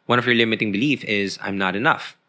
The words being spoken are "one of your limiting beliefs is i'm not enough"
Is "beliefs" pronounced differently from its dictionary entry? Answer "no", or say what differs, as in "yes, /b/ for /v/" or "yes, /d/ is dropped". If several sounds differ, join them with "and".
yes, /s/ is dropped